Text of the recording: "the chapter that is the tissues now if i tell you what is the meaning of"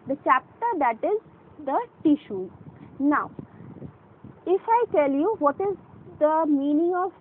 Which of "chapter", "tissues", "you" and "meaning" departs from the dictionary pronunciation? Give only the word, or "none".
tissues